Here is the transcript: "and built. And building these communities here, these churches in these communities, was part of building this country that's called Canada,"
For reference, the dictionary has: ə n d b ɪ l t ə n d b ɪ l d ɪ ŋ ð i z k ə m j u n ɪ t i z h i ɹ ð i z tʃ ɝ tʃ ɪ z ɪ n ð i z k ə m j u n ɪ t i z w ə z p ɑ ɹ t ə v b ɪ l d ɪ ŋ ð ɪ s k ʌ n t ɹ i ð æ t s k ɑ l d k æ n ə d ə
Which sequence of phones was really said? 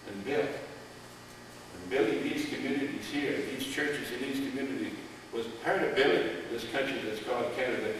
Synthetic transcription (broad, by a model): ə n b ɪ l ə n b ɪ l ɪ ð i z k ə m j u n ɪ t i z h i ɹ ð i z tʃ ɝ tʃ ɪ z ɪ n ð i z k ə m j u n ɪ t i z w ə z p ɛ ɹ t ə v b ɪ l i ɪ ð ɪ s k ʌ n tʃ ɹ i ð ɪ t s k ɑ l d k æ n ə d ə